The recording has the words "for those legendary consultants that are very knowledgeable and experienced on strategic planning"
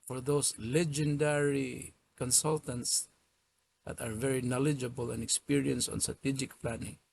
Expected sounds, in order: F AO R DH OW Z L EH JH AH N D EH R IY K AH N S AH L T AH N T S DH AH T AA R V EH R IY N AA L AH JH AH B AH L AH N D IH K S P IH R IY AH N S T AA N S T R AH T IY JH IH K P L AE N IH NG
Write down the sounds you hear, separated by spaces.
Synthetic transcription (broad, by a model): F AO R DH OW S L EH JH AH N D EH R IY K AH N S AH L T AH N T S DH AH T AA R V EH R IY N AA L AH JH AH B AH L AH N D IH K S P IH R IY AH N S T AA N S T R AH T IY JH IH K P L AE N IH NG